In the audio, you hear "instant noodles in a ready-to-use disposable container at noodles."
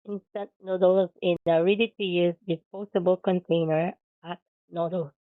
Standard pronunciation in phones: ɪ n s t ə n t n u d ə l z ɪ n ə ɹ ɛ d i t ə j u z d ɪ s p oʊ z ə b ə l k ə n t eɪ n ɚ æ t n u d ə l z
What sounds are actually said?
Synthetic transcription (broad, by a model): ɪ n s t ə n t n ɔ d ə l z ɪ n ə ɹ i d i t ə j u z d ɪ p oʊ s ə b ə l k ə n t eɪ n ɚ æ t n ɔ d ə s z